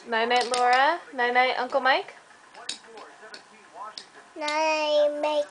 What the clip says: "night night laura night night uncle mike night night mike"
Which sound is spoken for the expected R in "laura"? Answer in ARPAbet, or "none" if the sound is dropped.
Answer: R